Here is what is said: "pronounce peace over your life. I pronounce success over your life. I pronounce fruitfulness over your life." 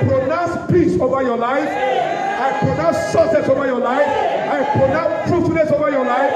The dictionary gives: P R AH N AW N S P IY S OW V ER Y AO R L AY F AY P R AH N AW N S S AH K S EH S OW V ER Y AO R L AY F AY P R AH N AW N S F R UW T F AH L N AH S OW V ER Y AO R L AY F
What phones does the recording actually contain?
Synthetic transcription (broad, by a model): P R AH N AW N S P IY S OW V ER Y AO L AY F AY P R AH N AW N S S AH S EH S OW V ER Y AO L AY F AY P R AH N AW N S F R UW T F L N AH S OW V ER Y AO L AY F